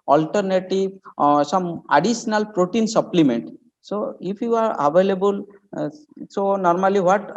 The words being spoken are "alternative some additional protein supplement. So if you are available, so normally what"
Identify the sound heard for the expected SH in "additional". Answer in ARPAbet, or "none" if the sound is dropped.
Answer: S